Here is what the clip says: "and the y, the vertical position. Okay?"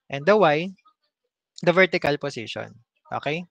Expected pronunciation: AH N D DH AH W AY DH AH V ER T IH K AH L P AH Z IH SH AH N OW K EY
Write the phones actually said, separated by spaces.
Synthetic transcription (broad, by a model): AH N D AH W AY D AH V ER T IH K AH L P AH S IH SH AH N OW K EY